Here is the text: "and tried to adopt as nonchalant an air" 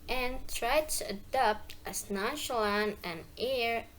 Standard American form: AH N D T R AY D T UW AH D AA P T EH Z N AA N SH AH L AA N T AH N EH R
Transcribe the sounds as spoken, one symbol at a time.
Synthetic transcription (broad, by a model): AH N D T R AY D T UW AH D AA P T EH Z N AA N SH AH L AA N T AH N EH R